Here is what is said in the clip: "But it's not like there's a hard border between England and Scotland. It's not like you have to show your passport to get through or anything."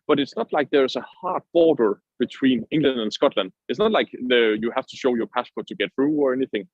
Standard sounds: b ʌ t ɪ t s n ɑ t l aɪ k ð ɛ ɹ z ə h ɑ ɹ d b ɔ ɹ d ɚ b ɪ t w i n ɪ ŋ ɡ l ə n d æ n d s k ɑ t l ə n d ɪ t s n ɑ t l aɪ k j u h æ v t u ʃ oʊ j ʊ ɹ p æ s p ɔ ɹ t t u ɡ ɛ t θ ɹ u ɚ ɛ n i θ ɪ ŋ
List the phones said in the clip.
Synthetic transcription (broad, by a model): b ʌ t ɪ t s n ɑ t l aɪ k ð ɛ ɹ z ə h ɑ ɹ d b ɔ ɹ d ɚ b ɪ t w i n ɪ ŋ ɡ l ə n d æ n s k ɑ t l ə n d ɪ t s n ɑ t l aɪ k j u h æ f t u ʃ oʊ j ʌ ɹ p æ s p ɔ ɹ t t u ɡ ɛ t θ ɹ u ɚ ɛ n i θ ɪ ŋ